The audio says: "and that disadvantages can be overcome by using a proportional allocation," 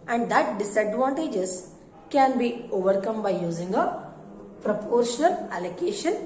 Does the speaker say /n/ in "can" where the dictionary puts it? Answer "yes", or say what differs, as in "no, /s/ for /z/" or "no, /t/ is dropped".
yes